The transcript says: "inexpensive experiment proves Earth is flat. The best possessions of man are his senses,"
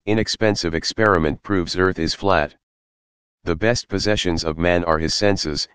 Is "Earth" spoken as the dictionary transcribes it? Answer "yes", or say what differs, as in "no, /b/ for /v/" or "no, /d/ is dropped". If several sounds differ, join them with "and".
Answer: yes